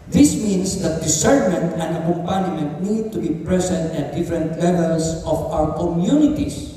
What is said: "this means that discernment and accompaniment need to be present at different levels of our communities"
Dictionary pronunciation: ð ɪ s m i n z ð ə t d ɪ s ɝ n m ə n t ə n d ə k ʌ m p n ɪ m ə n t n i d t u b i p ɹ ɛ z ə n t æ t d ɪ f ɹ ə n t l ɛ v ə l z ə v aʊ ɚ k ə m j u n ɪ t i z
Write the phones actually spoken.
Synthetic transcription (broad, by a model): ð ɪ s m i n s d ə t d ɪ s ɝ n m ə n t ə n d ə k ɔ m p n m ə n t n i d t u b i p ɹ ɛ s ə n t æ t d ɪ f ɹ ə n t l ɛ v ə l s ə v aʊ ɚ k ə m j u n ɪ t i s